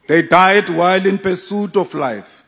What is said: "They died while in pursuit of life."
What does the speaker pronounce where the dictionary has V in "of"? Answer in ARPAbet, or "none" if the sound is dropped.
F